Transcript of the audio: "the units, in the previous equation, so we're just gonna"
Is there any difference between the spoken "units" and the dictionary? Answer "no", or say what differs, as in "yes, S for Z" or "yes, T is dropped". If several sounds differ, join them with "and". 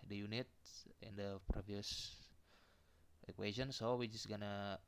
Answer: yes, S is dropped